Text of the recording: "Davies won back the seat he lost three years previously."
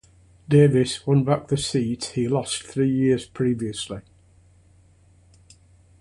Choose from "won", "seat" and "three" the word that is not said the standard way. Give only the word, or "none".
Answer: none